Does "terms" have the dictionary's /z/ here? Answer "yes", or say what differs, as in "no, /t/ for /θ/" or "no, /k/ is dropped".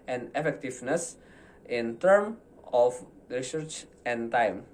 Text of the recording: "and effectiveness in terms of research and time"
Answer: no, /z/ is dropped